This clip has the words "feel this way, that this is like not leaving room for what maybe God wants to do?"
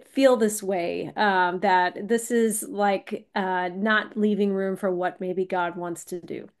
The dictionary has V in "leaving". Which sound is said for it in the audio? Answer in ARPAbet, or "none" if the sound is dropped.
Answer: V